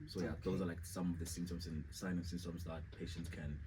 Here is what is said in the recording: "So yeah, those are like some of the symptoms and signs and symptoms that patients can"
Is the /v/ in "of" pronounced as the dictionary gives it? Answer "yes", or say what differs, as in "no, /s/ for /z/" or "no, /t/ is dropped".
yes